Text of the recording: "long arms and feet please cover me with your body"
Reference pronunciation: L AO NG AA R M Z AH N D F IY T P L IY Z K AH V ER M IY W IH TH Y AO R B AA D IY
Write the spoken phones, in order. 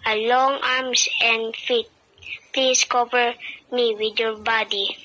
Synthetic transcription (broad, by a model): L AO NG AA R M S AH N D F IY T P L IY S K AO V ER M IY W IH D Y AO R B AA D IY